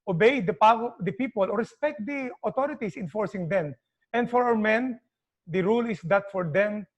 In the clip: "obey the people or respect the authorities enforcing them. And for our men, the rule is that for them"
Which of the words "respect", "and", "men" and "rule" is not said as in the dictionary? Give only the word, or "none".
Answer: none